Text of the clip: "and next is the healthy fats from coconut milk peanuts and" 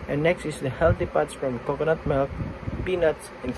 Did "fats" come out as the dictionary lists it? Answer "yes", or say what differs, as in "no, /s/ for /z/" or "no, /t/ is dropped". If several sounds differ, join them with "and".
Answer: no, /p/ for /f/